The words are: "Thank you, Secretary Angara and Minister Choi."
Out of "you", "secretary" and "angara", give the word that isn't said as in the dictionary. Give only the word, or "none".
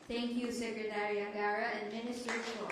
angara